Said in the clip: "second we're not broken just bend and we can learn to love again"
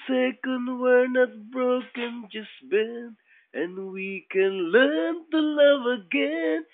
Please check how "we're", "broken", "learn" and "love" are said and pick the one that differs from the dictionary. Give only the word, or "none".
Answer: none